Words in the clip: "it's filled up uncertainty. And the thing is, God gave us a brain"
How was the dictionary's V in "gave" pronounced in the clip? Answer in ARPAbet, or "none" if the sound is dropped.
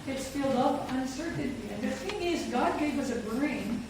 W